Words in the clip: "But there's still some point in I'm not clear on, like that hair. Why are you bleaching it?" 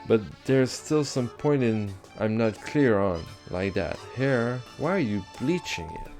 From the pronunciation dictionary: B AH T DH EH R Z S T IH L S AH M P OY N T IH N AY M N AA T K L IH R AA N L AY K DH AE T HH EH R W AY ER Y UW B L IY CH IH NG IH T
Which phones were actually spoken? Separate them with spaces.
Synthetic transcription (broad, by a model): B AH T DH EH R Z S T IH L S AH M P OY N T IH N AY M N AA T K L IH R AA N L AY K DH AE T HH EH R W AY ER Y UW B L IY CH IH NG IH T